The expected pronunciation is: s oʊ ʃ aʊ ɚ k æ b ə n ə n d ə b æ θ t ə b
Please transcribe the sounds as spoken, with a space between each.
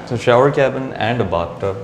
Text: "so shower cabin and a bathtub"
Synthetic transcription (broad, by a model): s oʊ ʃ aʊ ɚ k æ b ə n ə n d ə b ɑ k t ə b